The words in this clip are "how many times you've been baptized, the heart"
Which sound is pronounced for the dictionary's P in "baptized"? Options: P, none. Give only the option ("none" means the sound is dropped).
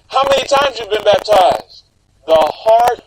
P